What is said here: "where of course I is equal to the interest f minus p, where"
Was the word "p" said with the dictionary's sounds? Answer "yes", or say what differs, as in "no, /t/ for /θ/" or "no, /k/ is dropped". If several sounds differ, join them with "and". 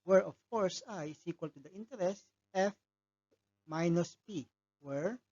yes